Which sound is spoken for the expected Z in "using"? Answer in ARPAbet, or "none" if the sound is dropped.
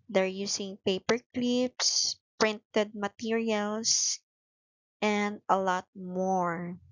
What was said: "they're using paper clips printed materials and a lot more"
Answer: S